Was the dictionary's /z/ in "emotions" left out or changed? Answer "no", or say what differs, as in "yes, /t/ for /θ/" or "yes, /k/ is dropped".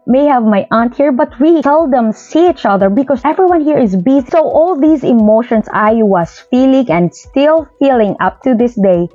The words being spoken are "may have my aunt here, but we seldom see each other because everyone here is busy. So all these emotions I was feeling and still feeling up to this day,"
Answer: yes, /s/ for /z/